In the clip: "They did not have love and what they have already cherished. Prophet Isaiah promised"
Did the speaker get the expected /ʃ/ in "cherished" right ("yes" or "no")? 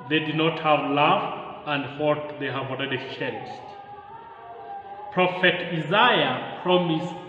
no